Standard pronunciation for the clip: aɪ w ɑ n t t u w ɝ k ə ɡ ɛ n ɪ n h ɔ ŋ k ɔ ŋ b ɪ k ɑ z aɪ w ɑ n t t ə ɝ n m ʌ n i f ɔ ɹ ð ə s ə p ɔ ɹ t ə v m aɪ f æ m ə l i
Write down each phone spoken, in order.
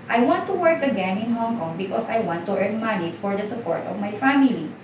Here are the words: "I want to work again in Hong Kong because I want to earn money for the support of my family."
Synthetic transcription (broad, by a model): aɪ w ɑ n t t u w ɝ k ə ɡ ɛ n ɪ n h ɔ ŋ k ɔ ŋ b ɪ k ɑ s aɪ w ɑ n t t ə ɝ n m ʌ n i f ɔ ɹ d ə s ə p ɔ ɹ t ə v m aɪ f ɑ m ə l i